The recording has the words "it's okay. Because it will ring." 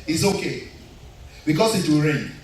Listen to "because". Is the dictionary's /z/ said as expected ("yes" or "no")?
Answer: no